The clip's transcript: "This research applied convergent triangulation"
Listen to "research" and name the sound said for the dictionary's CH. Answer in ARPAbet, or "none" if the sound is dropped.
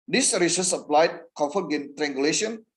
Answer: S